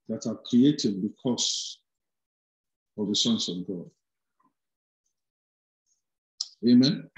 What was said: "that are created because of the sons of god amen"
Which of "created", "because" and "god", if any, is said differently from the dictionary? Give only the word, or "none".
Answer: because